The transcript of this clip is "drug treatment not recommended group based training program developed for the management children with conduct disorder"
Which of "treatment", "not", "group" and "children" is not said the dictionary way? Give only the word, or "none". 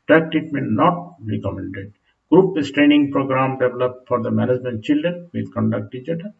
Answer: treatment